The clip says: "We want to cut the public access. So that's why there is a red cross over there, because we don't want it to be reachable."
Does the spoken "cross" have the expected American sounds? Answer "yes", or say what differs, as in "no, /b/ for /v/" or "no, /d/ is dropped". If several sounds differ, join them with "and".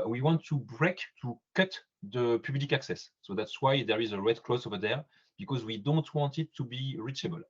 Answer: no, /l/ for /ɹ/